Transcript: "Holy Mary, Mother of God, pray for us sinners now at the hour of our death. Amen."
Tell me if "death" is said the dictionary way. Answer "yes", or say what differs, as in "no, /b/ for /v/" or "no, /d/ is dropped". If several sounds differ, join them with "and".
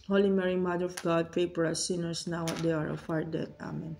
no, /t/ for /θ/